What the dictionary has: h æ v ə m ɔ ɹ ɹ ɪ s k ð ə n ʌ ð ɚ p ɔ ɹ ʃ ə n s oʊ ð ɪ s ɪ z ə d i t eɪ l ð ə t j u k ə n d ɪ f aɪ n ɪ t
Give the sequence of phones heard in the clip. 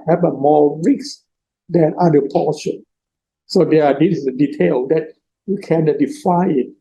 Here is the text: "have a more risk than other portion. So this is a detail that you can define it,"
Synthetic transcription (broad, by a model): h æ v ə m ɔ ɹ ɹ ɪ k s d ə n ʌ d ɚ p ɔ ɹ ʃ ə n s oʊ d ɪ ɪ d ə d i t eɪ l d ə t j u k ə n d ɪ f aɪ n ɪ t